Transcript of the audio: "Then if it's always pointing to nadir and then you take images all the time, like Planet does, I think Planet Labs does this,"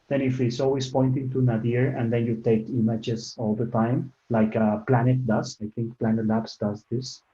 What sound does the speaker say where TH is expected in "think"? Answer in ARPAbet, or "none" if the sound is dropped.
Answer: T